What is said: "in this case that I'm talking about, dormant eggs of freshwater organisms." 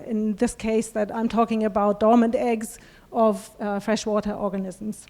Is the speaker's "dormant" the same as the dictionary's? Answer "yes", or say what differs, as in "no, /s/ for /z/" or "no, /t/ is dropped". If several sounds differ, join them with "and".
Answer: yes